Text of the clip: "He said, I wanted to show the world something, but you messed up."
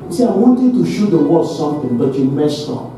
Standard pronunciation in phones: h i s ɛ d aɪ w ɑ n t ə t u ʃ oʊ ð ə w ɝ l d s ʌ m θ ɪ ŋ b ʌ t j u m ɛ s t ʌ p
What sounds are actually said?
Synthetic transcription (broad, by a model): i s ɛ aɪ w ɑ n t ə t u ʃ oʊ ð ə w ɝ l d s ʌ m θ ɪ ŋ b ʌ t j u m ɛ s t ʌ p